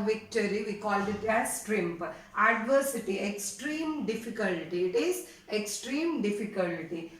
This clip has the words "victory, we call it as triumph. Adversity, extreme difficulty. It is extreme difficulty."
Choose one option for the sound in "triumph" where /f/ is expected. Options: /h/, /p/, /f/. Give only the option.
/p/